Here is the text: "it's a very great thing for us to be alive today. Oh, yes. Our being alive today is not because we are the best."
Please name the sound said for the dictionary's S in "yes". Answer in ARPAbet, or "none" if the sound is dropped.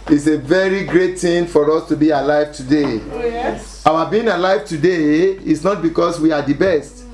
none